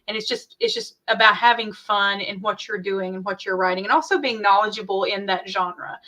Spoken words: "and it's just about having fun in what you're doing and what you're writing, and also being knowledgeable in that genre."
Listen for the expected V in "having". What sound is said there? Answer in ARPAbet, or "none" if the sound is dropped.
V